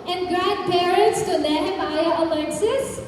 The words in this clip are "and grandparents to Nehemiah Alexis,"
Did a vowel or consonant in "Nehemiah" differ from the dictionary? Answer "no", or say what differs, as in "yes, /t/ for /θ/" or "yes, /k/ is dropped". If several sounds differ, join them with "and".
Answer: yes, /l/ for /n/